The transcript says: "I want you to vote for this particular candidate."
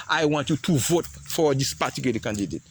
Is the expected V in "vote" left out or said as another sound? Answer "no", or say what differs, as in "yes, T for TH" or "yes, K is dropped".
no